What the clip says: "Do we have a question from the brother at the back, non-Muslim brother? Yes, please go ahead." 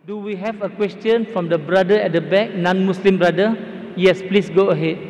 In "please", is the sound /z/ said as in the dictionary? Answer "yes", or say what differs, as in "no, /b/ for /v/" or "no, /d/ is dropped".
no, /s/ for /z/